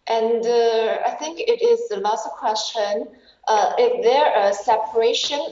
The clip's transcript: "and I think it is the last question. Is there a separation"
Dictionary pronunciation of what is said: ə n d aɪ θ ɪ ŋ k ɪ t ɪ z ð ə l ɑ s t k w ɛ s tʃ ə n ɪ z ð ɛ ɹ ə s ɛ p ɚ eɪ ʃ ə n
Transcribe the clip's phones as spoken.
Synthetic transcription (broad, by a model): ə n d aɪ θ ɪ ŋ k ɪ t ɪ z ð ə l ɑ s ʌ k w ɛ s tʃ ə n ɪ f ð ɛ ɹ ə s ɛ p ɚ eɪ ʃ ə n